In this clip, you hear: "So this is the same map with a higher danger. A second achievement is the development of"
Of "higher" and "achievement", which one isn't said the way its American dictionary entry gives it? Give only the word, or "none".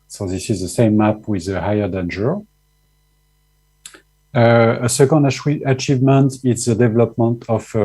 none